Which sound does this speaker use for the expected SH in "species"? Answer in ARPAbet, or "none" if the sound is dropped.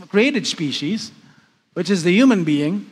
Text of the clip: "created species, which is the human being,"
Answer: SH